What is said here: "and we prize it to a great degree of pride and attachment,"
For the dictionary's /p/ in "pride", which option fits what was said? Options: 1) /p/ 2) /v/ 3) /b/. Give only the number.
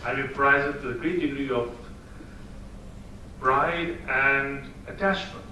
3